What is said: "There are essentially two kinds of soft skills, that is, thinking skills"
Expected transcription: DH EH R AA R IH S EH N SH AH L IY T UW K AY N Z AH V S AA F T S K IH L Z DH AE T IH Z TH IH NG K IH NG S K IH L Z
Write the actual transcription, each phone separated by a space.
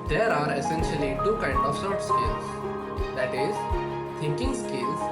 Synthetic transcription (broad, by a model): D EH R AA R IH S EH N SH AH L IY T UW K AY N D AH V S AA T S K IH L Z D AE T IH Z T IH NG K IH NG S K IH L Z